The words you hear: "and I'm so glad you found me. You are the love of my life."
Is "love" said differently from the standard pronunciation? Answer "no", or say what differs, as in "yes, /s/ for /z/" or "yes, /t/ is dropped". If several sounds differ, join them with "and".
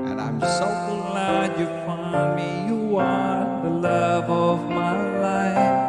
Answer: no